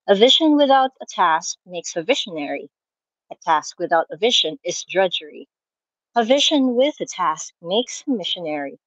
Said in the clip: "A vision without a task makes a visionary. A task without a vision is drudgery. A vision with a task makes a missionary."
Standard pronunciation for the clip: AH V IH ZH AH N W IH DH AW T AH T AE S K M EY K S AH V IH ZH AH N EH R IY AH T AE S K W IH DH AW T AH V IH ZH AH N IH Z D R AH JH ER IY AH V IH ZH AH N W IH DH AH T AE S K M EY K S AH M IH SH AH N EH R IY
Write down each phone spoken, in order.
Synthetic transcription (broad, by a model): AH V IH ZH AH N W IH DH AW T AH T AE S K M EY K S AH V IH SH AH N EH R IY AH T AE S K W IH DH AW T AH V IH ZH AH N IH Z D R AH JH ER IY AH V IH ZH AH N W IH DH AH T AE S K M EY K S AH M IH SH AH N EH R IY